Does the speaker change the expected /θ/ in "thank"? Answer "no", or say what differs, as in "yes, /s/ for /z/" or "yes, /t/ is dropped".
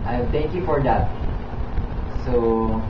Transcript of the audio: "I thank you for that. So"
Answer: yes, /t/ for /θ/